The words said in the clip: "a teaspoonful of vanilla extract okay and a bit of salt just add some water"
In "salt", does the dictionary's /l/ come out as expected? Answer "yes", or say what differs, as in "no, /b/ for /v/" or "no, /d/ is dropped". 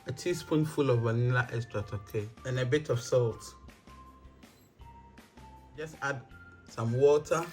yes